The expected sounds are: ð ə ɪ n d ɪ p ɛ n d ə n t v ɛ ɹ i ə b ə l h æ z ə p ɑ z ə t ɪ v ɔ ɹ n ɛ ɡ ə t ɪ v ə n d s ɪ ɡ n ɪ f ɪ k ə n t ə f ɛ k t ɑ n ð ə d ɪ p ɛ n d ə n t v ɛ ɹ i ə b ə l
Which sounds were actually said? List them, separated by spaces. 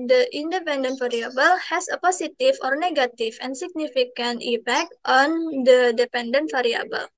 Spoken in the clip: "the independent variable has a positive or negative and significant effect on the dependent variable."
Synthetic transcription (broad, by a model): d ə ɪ n d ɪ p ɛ n d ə n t f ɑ ɹ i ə b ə l h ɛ s ə p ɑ s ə t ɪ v ɔ ɹ n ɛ ɡ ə t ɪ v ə n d s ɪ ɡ n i f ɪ k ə n t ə p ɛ k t ɑ n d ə d ɪ p ɛ n d ə n t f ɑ ɹ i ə b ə l